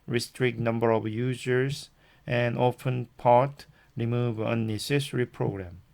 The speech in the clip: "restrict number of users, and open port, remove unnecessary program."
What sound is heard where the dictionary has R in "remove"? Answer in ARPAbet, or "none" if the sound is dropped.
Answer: R